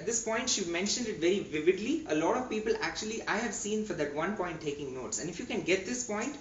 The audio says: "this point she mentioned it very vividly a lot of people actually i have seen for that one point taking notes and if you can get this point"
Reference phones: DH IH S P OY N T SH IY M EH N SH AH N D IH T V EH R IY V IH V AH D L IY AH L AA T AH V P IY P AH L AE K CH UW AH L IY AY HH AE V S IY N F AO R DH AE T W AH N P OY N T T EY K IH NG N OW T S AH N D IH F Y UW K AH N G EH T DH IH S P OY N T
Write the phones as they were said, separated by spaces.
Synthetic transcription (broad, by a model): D IH S P OY N T SH IY M EH N SH AH N D IH T V EH R IY V IH V AH D L IY AH L AA T AH V P IY P AH L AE K CH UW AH L IY AY HH AE V S IY N F AO R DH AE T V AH N P OY N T T EY K IH NG N OW T S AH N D IH F Y UW K AH N G EH T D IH S P OY N T